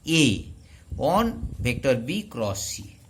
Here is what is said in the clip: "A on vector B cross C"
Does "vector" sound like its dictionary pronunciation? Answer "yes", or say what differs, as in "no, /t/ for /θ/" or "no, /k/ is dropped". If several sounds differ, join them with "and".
no, /b/ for /v/